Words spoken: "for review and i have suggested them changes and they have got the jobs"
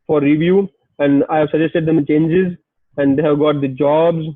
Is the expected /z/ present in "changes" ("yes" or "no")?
yes